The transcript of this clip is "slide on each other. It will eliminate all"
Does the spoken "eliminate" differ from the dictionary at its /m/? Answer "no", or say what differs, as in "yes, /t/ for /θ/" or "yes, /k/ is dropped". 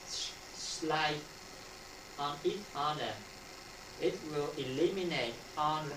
no